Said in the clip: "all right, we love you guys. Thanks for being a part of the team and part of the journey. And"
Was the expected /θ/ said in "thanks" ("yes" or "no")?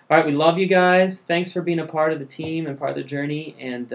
yes